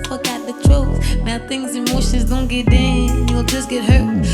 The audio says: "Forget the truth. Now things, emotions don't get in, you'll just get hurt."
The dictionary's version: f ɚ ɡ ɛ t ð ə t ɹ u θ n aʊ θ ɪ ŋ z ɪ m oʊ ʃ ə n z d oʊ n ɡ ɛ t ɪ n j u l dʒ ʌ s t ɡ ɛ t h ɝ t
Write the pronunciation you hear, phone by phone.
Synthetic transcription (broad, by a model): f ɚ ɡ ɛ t ð ə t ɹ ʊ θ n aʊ θ ɪ ŋ z ɪ m oʊ ʃ ə n z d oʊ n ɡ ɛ t ɪ n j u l dʒ ʌ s ɡ ɛ t h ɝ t